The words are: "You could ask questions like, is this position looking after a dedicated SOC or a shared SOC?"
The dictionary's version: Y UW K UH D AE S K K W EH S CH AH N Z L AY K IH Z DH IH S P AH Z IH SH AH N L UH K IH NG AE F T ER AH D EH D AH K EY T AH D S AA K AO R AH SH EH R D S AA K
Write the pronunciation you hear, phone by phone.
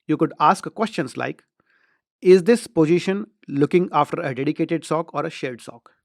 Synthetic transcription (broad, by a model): Y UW K UH D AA S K K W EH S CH AH N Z L AY K IH Z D IH S P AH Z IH SH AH N L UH K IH NG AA F T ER AH D EH D AH K EY T AH D S AA K AO R AH SH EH L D S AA K